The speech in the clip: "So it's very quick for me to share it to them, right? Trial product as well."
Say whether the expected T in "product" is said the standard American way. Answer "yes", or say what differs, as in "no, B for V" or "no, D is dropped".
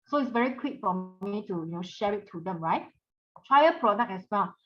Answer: no, T is dropped